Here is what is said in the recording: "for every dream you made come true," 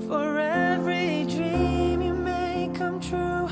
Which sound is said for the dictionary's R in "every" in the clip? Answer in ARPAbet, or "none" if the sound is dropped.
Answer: R